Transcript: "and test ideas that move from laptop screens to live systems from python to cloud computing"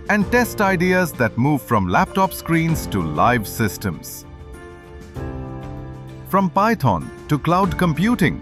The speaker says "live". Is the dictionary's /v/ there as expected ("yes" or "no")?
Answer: yes